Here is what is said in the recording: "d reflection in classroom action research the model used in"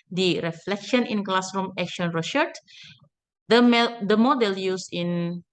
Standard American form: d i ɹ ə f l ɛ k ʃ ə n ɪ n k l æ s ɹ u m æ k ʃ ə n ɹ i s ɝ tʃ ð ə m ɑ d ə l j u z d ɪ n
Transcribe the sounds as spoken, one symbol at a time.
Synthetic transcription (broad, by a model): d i ɹ ə f l ɛ k ʃ ə n ɪ n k l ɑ s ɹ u m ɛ k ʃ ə n ɹ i ʃ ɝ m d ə m ɑ d ə l j u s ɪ n